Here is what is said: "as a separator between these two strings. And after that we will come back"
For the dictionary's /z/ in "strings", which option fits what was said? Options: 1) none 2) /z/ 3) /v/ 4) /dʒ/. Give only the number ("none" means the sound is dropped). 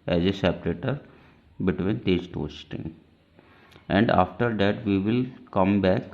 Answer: 1